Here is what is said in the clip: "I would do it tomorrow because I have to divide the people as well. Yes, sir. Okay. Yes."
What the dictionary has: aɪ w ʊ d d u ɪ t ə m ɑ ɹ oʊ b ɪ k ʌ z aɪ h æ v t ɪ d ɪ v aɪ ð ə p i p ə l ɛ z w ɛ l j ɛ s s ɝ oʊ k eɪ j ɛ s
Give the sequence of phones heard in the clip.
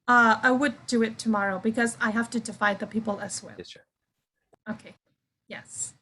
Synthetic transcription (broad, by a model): aɪ w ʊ d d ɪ ɪ t ə m ɑ ɹ oʊ b ɪ k ʌ z aɪ h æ f t ɪ d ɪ f aɪ ð ə p i p l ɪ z w ɛ l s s oʊ k eɪ j ɛ s